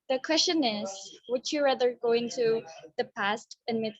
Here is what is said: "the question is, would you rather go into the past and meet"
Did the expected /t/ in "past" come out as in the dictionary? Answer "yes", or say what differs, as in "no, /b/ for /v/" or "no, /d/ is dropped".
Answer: yes